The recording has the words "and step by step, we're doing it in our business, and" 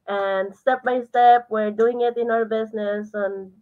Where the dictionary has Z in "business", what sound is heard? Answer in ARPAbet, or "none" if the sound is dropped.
S